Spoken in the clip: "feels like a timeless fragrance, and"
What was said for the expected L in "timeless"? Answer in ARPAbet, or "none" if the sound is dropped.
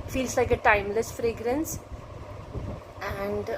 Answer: L